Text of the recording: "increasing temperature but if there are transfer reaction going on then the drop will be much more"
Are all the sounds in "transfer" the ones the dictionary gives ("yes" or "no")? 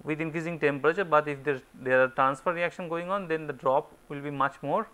yes